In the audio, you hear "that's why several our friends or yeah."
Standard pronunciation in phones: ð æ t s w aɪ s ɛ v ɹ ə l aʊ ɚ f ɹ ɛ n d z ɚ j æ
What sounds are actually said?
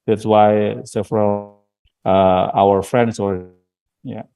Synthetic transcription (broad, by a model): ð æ t s w aɪ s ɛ f ɹ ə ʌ aʊ ɚ f ɹ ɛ n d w ɚ j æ